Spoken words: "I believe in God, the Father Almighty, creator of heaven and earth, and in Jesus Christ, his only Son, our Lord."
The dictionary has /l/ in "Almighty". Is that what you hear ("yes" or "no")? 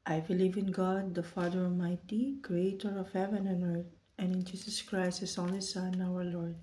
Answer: no